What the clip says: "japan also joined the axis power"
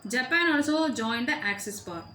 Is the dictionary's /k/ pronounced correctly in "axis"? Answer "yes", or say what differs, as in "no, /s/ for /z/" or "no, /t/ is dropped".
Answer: yes